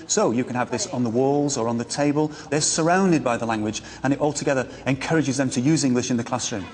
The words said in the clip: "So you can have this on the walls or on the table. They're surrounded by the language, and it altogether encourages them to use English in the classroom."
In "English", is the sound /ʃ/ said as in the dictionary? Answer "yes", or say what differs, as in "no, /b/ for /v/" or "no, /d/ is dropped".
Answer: yes